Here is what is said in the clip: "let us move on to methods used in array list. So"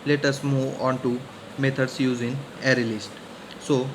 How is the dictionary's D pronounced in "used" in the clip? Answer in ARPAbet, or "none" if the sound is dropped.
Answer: none